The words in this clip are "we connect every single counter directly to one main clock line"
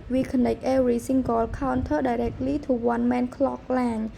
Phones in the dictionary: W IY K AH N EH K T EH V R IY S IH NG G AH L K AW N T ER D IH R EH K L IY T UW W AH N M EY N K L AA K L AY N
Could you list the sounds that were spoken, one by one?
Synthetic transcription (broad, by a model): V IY K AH N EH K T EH R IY S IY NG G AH L K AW N T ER D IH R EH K L IY T UW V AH N M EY N K L AA K L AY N